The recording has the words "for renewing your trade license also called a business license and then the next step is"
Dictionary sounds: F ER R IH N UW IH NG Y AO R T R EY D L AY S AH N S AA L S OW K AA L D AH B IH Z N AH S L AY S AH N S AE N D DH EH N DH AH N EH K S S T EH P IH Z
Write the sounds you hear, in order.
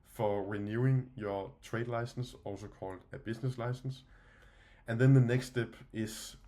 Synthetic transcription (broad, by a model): F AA R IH N UW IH NG Y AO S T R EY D L AY S AH N S AA L S OW K AA L D AH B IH S N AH S L AY S AH N S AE N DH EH N DH AH N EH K S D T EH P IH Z